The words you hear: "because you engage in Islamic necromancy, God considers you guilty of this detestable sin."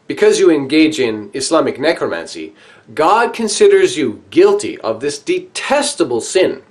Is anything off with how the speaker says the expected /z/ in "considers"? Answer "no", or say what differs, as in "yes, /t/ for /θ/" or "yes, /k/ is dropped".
no